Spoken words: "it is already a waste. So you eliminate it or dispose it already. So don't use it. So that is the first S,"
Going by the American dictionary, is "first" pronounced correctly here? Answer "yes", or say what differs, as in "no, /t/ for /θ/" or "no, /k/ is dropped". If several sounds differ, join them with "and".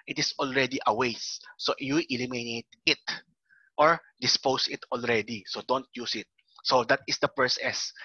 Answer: no, /p/ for /f/ and /t/ is dropped